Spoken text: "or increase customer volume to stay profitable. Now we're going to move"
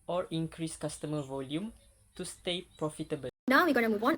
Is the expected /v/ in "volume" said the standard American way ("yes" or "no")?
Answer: yes